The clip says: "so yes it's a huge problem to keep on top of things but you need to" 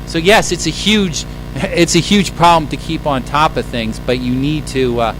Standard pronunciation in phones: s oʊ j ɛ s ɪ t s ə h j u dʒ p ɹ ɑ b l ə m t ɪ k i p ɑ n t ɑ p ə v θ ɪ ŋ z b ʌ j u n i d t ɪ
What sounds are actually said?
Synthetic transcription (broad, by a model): s oʊ j ɛ s ɪ t s ə h j u dʒ p ɹ ɑ b l ə m t ɪ k i p n t ɑ p ə v θ ɪ ŋ z b ʌ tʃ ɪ n i d t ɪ